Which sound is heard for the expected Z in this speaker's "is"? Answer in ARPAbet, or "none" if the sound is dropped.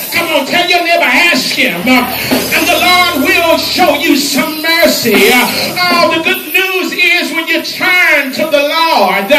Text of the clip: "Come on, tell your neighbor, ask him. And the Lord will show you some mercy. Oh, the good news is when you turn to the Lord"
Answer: Z